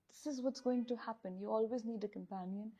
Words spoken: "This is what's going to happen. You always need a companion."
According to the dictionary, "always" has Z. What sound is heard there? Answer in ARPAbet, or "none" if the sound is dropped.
Z